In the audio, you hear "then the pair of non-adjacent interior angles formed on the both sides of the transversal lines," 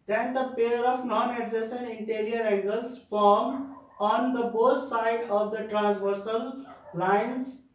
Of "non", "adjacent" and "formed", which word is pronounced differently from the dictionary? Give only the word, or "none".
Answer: adjacent